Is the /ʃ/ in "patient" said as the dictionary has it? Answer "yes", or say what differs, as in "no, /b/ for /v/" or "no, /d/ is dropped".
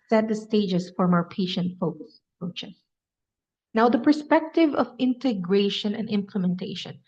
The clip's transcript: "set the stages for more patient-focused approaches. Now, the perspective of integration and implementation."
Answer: yes